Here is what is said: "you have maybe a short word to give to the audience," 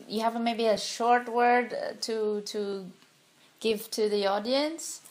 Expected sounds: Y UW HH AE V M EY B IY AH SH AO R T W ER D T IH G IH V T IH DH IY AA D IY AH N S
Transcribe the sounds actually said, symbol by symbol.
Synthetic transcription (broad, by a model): Y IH HH AE V M EY B IY AH SH AO R T W ER D T IH G IH V T IH DH IY AA D IY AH N S